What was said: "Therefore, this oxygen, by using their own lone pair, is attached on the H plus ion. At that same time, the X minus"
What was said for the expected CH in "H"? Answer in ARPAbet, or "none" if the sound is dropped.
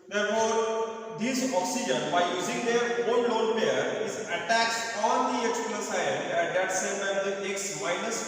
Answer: S